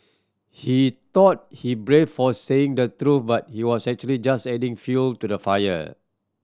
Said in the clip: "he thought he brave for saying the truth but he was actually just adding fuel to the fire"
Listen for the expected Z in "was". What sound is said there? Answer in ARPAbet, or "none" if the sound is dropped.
S